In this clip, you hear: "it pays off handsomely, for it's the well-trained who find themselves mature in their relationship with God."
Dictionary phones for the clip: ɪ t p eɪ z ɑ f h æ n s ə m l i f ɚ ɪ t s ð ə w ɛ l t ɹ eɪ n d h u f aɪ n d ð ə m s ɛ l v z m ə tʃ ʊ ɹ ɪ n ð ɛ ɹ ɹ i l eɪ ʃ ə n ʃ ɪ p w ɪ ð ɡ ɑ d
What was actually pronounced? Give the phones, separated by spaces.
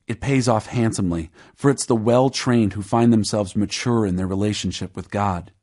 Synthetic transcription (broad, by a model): ɪ t p eɪ z ɑ f h æ n s ə m l i f ɚ ɪ t s ð ə w ɛ l t ɹ eɪ n d h u f aɪ n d ð ə m s ɛ l v z m ə tʃ ʊ ɹ ɪ n ð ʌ ɹ ɹ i l eɪ ʃ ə n ʃ ɪ p w ɪ ð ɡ ɑ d